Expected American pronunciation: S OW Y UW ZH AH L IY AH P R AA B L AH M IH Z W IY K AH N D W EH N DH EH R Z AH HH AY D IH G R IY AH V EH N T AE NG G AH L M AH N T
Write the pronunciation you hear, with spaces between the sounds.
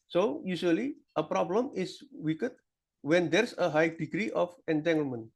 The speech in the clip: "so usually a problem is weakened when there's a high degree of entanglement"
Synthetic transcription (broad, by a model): S OW Y UW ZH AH L IY AH P R AA B L AH M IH S W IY K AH D W EH N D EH R S AH HH AY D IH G R IY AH F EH N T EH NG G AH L M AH N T